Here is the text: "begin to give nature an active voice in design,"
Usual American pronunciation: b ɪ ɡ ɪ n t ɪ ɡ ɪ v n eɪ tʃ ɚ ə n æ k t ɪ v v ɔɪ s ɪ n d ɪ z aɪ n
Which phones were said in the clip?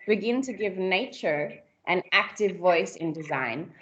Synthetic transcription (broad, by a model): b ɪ ɡ ɪ n t ɪ ɡ ɪ v n eɪ tʃ ɚ ə n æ k t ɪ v v ɔɪ s ɪ n d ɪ z aɪ n